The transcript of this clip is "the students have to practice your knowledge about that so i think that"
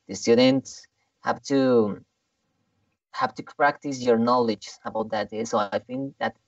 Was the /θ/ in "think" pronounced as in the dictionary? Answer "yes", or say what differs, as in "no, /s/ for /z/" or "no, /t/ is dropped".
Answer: no, /f/ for /θ/